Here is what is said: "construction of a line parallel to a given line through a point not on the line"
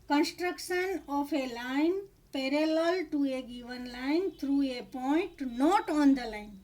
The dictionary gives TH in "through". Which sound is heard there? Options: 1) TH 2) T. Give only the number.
2